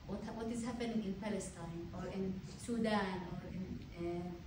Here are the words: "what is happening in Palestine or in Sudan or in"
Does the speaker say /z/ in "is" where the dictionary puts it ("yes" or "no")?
yes